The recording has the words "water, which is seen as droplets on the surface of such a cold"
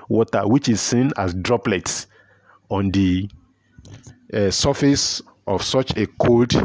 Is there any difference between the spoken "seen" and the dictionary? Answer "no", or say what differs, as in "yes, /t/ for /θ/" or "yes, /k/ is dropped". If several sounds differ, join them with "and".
no